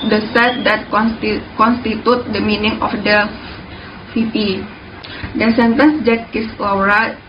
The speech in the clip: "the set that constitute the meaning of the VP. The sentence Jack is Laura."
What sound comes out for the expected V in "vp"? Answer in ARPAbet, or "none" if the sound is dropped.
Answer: F